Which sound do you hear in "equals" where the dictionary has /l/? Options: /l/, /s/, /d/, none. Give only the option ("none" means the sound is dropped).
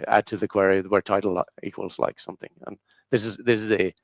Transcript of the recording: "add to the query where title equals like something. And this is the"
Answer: /l/